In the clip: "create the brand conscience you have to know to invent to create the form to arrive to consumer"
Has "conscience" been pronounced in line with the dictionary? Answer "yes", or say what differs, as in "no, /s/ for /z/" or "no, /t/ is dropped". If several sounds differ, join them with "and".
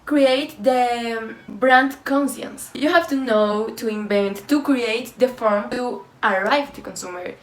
no, /s/ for /ʃ/